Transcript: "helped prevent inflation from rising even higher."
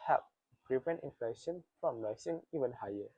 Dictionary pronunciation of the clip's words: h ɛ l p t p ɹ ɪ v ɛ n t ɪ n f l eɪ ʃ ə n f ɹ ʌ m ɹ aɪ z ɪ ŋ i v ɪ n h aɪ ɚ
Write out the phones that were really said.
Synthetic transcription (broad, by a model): h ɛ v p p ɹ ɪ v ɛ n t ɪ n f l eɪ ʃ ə n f ɹ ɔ m l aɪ s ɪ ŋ i v ɪ n h aɪ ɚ